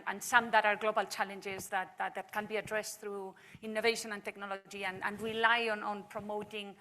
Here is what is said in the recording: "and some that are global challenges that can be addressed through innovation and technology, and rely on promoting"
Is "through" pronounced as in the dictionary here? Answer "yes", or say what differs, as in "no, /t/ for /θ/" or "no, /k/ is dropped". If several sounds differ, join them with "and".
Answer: yes